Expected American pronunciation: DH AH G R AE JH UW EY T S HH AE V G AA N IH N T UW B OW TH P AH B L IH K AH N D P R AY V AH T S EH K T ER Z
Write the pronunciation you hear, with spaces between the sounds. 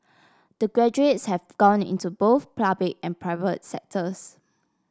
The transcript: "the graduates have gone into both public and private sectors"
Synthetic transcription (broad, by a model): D AH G R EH JH UW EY T S HH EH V G AA N IH N T UW B OW TH P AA B L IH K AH N P R AY V AH T S EH K T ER S